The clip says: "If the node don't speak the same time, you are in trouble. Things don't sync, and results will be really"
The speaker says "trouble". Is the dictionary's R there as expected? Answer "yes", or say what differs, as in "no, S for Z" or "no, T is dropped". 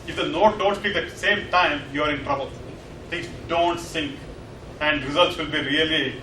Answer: yes